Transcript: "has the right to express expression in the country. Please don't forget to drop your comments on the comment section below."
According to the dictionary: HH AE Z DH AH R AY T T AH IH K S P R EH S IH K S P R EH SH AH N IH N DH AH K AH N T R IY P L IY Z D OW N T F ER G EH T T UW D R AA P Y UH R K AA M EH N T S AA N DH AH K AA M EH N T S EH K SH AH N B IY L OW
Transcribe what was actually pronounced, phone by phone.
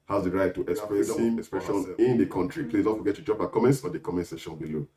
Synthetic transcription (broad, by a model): HH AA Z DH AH R AY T T AH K S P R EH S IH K S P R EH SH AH N IH N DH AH K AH N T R IY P L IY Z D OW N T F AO G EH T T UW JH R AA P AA K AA M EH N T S AA N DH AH K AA M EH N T S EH SH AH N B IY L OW